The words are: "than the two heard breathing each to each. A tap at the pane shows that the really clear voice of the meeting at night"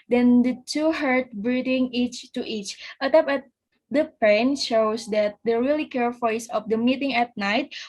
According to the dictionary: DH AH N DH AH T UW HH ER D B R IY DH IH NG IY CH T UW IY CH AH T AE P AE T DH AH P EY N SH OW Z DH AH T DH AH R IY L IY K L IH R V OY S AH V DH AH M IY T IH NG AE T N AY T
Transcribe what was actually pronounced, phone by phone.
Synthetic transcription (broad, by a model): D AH N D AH T UW HH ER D B R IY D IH NG IY CH T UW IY CH AH T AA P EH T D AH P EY N SH OW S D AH T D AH R IY L IY K EH R F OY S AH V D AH M IY T IH NG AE T N AY T